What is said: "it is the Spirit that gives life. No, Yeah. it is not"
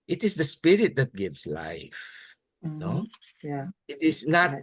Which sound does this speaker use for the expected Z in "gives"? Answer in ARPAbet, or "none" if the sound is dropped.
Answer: S